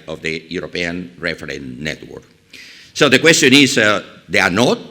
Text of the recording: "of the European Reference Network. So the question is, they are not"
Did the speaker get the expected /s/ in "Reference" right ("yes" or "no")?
no